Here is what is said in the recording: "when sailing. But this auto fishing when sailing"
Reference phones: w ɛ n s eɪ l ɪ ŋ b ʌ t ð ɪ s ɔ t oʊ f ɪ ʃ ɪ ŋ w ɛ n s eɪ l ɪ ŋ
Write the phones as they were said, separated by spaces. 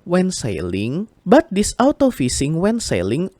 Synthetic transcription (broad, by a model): w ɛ n s eɪ l ɪ ŋ b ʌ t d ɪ s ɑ t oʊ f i s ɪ ŋ w ɛ n s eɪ l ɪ ŋ